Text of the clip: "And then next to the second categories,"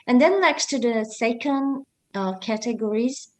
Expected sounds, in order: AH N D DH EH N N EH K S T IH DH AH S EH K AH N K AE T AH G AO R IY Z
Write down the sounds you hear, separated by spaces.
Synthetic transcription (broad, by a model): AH N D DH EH N L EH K S T IH DH AH S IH K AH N K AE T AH G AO R IY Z